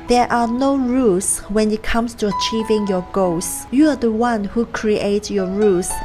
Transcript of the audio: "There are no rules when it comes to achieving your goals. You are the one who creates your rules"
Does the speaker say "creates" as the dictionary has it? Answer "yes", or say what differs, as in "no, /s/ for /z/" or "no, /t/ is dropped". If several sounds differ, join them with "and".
no, /s/ is dropped